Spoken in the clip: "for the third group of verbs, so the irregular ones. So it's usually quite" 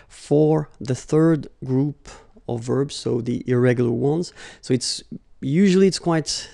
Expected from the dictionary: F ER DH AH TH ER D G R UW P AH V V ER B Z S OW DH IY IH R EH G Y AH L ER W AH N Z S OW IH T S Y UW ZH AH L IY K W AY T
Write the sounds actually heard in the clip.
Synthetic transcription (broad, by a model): F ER DH AH TH ER D G R UW P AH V V ER B Z S OW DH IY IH R EH G Y L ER W AH N Z S OW IH T S Y UW ZH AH L IY K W AY T